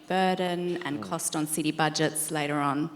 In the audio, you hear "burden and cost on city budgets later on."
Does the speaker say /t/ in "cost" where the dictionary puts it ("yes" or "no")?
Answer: yes